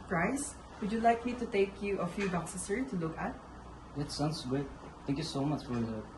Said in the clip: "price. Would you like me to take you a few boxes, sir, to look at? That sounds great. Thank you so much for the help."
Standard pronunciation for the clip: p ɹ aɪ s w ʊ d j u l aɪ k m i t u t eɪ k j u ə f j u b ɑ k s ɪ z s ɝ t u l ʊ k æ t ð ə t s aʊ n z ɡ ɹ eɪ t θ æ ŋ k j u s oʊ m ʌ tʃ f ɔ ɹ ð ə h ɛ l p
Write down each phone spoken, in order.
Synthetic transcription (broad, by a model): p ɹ aɪ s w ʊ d j u l aɪ k m i t u t eɪ k j u ə f j u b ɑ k s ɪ s ɝ t u l ʊ k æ t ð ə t s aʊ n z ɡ ʊ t θ æ ŋ k j u s oʊ m ʌ tʃ f ɔ ɹ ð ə